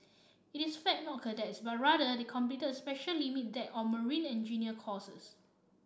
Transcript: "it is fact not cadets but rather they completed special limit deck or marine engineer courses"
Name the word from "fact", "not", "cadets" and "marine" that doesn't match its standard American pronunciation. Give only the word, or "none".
fact